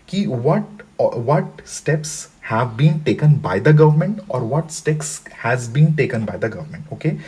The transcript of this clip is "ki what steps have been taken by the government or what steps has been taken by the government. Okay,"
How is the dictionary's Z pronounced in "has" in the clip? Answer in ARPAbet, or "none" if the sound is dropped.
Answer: Z